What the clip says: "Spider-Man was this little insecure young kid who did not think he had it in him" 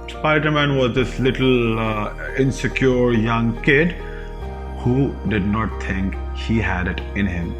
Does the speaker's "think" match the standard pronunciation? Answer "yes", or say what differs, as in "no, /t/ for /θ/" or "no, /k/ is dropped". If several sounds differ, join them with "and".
no, /t/ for /θ/